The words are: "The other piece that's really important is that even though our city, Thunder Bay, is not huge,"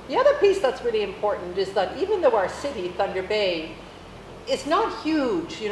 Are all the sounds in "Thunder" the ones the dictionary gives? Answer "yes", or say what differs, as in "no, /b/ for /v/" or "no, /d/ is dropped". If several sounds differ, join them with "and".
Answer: yes